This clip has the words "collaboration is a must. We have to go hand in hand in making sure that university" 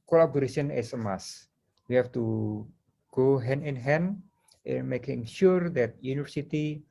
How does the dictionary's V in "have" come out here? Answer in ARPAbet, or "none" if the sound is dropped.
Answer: F